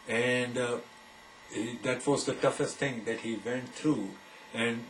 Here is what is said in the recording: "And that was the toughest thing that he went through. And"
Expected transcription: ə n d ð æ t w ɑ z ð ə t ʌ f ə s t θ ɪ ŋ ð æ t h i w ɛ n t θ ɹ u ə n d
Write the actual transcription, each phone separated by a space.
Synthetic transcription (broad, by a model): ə n d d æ t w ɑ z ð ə t ʌ f ə s t t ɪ ŋ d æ t h i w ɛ n t t ɹ u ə n d